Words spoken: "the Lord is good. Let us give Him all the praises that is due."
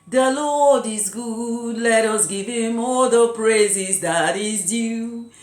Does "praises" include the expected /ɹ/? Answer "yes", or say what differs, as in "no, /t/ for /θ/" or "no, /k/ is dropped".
yes